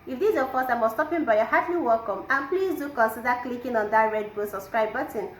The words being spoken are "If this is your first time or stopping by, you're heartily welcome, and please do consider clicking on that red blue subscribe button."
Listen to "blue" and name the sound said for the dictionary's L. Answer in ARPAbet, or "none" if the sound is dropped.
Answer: none